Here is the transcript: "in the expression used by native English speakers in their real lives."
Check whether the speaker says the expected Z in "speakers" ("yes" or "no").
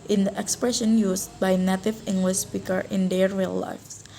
no